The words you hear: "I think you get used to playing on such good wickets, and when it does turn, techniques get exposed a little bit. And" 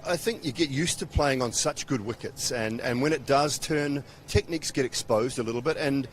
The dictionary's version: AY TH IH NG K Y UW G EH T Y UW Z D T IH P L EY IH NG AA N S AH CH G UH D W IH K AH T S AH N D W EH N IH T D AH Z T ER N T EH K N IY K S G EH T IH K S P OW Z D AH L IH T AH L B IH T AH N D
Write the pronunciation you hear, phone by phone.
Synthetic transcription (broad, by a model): AY TH IH NG K Y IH G EH T Y UW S T IH P L EY IH NG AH N S AH CH G UH D W IH K AH T S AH N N W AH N IH T D AH Z T ER N T EH K N IY K S G EH T IH K S P OW Z D AH L IH T L B IH T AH N